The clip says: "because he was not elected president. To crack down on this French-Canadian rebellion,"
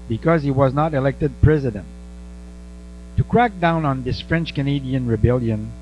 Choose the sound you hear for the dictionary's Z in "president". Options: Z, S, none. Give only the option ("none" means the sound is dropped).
Z